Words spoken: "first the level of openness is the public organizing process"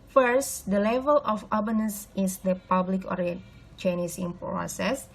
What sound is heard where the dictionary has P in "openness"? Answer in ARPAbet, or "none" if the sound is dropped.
B